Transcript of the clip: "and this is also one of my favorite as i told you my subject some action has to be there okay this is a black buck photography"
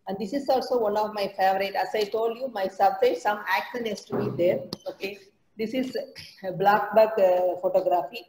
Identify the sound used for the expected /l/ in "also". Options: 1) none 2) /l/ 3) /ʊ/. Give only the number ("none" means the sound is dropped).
2